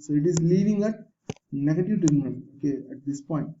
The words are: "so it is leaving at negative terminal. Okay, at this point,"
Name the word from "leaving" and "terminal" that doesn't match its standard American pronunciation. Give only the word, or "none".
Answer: terminal